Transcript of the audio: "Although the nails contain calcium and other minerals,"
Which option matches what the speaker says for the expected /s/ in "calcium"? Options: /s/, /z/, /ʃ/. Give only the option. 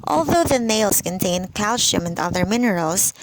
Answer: /ʃ/